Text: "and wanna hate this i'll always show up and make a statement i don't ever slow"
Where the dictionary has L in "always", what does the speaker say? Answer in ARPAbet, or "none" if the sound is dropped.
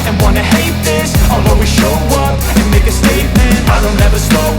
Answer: none